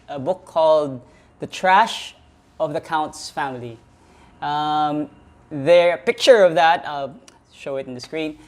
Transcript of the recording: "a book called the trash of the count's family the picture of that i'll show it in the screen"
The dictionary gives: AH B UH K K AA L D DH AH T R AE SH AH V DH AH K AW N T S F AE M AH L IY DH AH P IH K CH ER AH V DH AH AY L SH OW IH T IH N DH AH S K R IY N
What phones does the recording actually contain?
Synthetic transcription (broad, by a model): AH B UH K K AA L D DH AH T R AE SH AH V DH AH K AW N T S F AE M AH L IY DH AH P IH K CH ER AH V DH AH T SH OW IH T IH N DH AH S K R IY N